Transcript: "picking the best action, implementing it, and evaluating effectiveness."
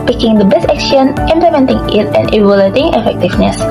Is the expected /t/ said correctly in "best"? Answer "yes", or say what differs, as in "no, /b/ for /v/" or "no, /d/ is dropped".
no, /t/ is dropped